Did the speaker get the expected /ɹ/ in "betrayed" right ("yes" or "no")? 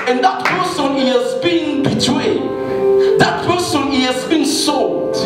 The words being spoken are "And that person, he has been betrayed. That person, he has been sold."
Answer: no